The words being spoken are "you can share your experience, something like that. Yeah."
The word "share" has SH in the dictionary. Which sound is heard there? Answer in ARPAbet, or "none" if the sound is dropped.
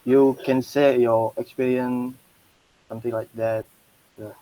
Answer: S